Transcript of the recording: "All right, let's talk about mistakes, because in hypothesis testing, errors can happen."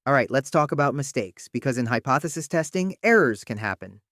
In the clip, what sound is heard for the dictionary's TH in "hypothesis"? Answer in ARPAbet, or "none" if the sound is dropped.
TH